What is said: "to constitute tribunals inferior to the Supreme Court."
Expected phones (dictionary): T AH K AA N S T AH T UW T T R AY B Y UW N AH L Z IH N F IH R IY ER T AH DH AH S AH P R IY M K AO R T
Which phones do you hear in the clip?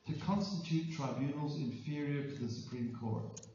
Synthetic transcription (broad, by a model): T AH K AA N S T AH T UW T T R AY B Y UW N AH L Z IH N F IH R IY ER T AH DH AH S AH P R IY M K AO R T